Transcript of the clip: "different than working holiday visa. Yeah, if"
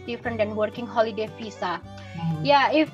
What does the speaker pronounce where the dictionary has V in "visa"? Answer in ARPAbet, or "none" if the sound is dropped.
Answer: F